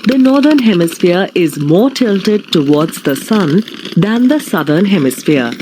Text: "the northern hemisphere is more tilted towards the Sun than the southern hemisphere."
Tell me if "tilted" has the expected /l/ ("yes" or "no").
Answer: yes